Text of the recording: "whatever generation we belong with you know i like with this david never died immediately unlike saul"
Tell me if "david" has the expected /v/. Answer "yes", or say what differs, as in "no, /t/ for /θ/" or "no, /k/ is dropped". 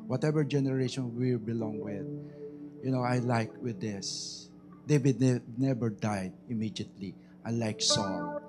no, /b/ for /v/